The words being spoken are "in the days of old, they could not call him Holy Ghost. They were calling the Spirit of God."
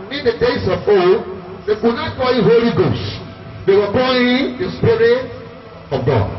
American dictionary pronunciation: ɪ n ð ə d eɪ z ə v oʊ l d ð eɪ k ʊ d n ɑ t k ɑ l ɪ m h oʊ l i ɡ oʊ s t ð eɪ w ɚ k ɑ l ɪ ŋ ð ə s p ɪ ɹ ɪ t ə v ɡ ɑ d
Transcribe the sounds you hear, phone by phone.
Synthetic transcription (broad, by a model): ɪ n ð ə d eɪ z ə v oʊ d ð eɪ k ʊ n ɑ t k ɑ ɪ h oʊ l i ɡ oʊ s t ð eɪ w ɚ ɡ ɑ ɪ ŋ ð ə s p ɪ ɹ ɪ t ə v ɡ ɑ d